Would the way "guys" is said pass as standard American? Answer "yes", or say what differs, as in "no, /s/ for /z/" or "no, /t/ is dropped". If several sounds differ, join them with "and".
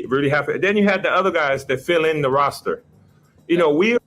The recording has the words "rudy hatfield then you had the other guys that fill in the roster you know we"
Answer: yes